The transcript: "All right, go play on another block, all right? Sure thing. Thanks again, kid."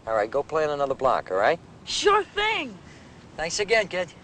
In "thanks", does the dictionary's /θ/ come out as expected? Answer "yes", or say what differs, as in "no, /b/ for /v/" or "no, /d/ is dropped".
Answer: yes